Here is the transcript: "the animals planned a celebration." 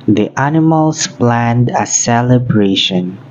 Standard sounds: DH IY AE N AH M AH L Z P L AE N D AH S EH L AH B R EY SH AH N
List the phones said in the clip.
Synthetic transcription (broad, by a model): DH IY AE N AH M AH L S P L AE N D AH S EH L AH B R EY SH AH N